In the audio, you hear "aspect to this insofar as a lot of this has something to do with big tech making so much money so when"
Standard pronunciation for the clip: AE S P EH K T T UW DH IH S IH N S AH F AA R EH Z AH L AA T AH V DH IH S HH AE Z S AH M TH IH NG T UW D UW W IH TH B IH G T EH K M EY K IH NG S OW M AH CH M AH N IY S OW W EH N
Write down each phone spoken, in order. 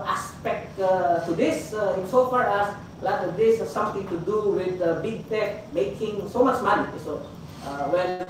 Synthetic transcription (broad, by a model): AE S P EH K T T UW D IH S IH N S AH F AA R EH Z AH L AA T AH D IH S S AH M T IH NG T UW D UW W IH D B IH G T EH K M EY K IH NG S OW M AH CH M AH N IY S OW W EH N